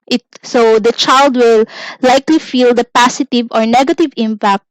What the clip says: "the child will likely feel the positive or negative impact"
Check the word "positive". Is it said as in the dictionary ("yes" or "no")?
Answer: no